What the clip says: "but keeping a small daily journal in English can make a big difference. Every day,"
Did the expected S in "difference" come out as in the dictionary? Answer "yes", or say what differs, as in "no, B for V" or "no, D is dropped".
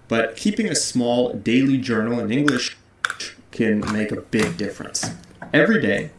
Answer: yes